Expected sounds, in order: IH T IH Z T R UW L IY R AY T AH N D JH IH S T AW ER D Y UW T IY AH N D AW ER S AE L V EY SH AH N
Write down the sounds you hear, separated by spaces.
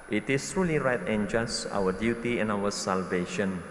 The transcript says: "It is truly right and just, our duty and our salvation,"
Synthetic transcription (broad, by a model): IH T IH S T R UW L IY R AY T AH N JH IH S AW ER D Y UW T IY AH N AW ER S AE L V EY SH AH N